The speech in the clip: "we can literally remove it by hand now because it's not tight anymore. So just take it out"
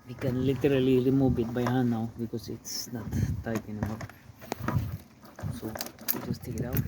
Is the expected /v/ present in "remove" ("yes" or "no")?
no